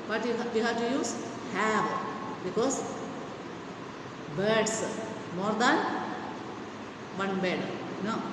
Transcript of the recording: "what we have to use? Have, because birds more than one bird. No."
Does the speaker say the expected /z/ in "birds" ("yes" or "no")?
no